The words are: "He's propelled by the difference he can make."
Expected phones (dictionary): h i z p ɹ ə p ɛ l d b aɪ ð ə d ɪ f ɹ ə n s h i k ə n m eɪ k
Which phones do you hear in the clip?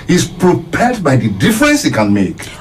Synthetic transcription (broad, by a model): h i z p ɹ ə p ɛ d b aɪ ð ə d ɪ f ɹ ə n s h i k ə n m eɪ k